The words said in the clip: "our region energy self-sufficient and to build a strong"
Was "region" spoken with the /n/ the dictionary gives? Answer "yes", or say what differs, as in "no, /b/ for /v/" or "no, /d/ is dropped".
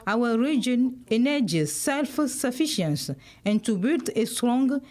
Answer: yes